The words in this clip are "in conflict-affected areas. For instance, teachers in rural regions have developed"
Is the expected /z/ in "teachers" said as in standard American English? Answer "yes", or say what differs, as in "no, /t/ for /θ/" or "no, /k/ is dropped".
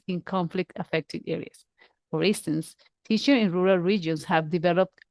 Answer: no, /z/ is dropped